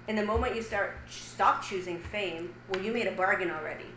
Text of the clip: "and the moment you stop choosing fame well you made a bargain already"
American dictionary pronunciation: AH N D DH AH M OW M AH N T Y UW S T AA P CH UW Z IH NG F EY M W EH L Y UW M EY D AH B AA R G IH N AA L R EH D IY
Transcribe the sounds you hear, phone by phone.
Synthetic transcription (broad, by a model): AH N DH AH M OW M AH N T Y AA S T AA P CH UW Z IH NG F EY M W EH L Y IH M EY D AH B AA R G IH N L R EH D IY